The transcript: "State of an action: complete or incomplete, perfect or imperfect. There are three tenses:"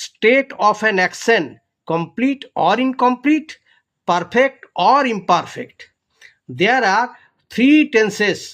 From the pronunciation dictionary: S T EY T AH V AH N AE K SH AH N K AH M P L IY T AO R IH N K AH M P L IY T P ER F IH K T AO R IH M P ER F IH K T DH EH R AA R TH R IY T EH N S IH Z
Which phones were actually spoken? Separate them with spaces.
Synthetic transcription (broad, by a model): S T EY T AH P AH N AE K S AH N K AH M P L IY T AO R IH N K AH M P L IY T P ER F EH K T AO R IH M P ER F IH K T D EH R AA R T R IY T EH N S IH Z